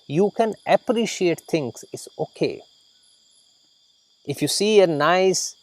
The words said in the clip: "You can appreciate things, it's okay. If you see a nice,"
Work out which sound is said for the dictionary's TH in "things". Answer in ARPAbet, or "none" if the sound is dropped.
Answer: T